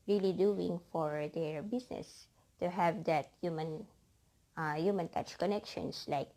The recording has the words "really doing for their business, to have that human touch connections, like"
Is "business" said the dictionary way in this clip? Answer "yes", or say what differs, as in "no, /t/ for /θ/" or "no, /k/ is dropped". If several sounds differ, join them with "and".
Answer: no, /s/ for /z/